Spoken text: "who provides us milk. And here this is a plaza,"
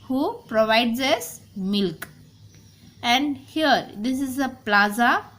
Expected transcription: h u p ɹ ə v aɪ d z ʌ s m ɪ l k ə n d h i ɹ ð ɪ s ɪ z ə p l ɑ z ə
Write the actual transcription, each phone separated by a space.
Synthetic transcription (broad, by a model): h u p ɹ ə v aɪ d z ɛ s m ɪ l k ə n d h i ɹ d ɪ s ɪ z ə p l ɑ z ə